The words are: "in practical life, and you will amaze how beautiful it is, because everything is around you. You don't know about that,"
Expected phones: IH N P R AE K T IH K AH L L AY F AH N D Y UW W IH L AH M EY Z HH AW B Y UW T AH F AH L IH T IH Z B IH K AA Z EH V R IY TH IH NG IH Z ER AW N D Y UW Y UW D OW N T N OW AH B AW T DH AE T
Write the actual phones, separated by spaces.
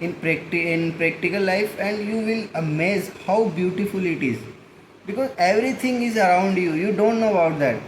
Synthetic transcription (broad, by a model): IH N P R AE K T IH K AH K L AY F AH N D Y UW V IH L AH M EY Z HH AW B Y UW T AH F AH L IH T IH Z B IH K AA Z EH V R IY T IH NG IH Z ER AW N D Y UW Y UW D OW N T N OW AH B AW T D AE T